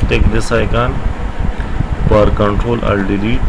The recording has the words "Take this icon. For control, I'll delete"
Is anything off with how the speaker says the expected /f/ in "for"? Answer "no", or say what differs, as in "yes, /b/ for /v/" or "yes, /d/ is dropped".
yes, /p/ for /f/